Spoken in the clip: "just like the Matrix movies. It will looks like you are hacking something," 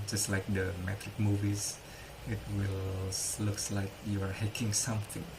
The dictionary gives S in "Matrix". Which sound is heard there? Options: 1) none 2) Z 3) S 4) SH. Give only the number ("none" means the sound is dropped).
1